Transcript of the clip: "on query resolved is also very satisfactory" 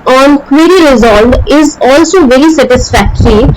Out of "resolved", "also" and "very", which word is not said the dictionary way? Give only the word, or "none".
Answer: resolved